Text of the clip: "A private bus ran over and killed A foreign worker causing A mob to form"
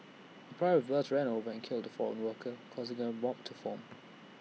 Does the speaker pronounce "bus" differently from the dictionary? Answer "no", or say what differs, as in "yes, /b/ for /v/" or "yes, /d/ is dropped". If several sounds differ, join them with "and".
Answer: yes, /θ/ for /s/